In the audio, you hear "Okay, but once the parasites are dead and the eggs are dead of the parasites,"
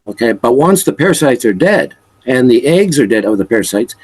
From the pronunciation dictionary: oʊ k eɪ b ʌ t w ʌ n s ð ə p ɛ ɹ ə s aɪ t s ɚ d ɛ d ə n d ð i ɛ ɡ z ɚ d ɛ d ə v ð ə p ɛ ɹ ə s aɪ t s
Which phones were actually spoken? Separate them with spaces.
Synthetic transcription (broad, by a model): oʊ k eɪ b ʌ t w ʌ n s ð ə p ɛ ɹ s aɪ t s ɚ d ɛ d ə n ð i ɛ ɡ z ɚ d ɛ d ə v ð ə p ɛ ɹ s aɪ t s